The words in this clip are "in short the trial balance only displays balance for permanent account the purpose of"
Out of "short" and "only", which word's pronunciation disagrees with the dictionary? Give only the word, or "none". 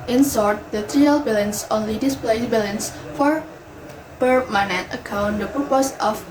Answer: short